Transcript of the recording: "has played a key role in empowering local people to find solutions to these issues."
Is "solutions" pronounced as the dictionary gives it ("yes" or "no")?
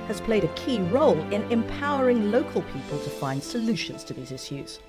yes